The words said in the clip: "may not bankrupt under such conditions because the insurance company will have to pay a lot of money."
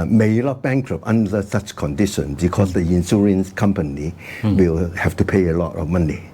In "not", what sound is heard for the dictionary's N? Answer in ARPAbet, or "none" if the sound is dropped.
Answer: L